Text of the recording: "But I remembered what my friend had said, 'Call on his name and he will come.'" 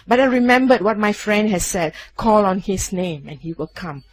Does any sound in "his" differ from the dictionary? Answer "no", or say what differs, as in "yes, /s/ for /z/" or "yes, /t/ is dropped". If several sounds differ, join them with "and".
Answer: yes, /s/ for /z/